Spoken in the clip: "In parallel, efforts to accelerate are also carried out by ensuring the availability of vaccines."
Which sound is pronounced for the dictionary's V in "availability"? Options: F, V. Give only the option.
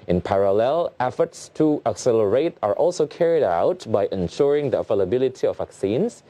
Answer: F